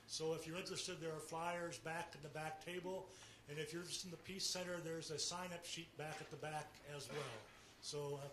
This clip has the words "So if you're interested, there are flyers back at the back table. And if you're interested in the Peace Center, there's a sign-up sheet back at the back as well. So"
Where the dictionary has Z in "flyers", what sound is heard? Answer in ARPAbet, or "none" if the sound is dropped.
Z